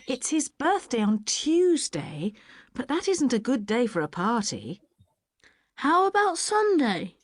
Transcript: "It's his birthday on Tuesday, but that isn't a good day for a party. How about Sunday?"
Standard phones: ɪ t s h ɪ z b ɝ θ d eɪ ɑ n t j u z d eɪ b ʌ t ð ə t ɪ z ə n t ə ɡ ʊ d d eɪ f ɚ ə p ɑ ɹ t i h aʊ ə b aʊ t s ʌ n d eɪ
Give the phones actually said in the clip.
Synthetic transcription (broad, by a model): ɪ t s h ɪ z b ɝ θ d eɪ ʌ n t j u z d eɪ b ʌ t ð ə t ɪ z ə n t ə ɡ ʊ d d eɪ f ɚ ə p ɑ ɹ t i h aʊ ə b aʊ t s ʌ n d eɪ